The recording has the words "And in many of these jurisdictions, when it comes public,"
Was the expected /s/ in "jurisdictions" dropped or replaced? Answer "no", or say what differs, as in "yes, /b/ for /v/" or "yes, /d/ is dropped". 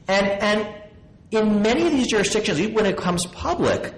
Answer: no